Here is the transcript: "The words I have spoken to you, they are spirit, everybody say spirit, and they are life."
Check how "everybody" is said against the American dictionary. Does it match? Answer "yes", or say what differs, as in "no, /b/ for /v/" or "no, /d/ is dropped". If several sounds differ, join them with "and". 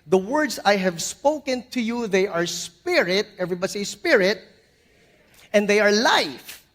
yes